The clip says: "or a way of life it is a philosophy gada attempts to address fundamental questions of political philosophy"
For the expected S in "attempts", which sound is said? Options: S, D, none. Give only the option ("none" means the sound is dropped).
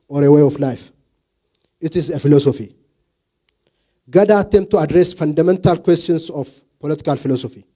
none